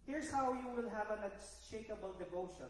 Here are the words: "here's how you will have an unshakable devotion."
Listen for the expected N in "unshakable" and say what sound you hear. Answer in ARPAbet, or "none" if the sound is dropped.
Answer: none